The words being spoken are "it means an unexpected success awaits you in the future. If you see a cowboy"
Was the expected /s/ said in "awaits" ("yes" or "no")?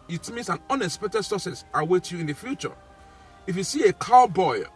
no